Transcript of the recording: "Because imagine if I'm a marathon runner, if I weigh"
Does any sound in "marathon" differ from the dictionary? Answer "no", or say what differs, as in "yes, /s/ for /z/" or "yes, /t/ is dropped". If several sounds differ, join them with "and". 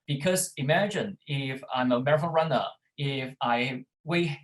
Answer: yes, /f/ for /θ/ and /l/ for /n/